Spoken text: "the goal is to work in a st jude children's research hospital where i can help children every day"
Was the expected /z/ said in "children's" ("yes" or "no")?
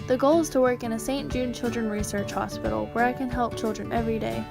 no